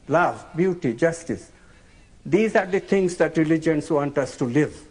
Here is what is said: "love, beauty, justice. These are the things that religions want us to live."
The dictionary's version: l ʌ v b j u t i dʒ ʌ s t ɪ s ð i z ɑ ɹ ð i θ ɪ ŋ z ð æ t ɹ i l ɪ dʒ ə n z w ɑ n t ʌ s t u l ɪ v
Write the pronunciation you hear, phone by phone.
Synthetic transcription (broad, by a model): l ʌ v b j u t i dʒ ʌ s t ɪ s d i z ɑ ɹ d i t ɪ ŋ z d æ t ɹ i l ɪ dʒ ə n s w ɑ n t ʌ s t u l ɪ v